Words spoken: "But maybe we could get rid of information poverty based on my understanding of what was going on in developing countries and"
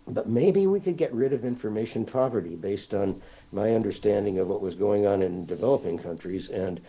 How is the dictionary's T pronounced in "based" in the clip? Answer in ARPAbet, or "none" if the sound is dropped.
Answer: T